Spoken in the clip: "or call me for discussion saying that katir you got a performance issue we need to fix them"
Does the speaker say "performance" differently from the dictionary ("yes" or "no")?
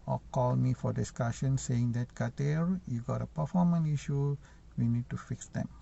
yes